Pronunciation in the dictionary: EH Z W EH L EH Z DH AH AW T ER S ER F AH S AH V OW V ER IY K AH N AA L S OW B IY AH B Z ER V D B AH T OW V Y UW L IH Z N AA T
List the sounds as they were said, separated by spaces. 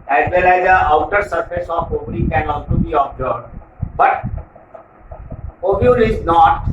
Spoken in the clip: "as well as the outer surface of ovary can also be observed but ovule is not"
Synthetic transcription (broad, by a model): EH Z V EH L EH Z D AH AW T ER S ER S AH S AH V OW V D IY K AH N AA L S OW B IY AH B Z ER B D B AH T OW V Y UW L IH Z N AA T